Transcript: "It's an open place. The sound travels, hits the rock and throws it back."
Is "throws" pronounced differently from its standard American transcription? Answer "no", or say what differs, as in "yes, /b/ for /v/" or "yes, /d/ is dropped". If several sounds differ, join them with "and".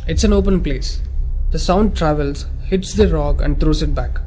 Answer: yes, /t/ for /θ/